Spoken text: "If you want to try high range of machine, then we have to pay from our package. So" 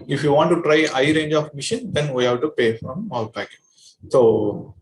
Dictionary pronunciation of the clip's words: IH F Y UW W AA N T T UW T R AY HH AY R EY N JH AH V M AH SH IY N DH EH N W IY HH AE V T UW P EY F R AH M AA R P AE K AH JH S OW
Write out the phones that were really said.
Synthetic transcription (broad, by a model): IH F Y UW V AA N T T UW T R AY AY R EY N JH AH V M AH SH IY N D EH N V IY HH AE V T UW P EY F R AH M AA L P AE K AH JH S OW